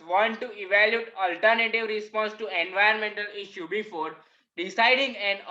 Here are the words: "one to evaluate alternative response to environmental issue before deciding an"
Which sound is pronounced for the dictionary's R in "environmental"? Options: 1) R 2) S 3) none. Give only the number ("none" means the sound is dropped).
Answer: 3